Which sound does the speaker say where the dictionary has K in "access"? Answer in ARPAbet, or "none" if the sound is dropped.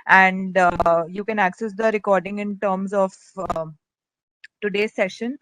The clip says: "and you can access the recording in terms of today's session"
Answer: K